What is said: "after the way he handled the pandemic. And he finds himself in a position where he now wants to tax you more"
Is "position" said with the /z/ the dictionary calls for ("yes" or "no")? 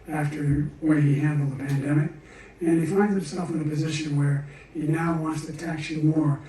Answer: yes